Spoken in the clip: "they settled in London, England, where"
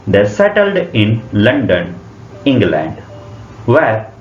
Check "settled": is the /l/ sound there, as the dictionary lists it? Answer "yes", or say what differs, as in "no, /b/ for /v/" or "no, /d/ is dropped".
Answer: yes